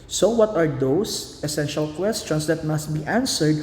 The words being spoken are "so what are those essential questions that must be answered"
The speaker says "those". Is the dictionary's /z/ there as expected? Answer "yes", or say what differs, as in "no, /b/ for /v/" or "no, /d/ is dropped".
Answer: no, /s/ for /z/